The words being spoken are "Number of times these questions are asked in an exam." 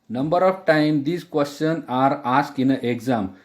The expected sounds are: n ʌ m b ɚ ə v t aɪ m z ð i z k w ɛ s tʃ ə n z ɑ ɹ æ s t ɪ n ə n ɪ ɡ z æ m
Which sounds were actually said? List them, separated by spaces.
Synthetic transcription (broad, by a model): n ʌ m b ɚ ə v t aɪ m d i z k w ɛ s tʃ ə n ɑ ɹ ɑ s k ɪ n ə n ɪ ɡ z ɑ m